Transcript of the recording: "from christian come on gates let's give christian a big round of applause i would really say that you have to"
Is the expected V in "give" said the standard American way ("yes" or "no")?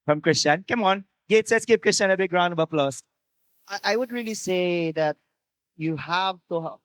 no